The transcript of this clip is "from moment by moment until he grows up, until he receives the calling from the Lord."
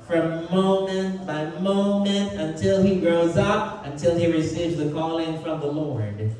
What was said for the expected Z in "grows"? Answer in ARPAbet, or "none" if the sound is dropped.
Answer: Z